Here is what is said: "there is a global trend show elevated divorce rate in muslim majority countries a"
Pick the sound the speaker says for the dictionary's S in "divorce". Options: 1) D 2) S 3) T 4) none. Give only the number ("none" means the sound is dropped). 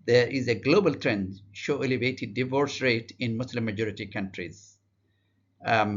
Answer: 2